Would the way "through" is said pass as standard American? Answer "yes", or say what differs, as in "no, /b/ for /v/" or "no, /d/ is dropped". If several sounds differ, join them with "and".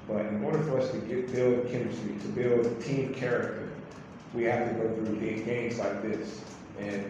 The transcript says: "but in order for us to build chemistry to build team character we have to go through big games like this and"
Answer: yes